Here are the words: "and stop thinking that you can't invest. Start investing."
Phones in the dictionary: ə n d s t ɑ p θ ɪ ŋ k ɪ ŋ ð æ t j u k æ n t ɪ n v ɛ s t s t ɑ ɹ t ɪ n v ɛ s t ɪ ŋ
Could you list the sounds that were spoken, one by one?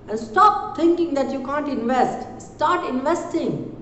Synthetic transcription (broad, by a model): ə n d s t ɑ p t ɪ ŋ k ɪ ŋ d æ t j u k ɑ n t ɪ n v ɛ s t s t ɑ ɹ t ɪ n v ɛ s t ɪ ŋ